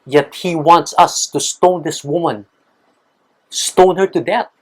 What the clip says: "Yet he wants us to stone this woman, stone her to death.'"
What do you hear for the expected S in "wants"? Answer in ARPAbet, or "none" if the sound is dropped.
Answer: S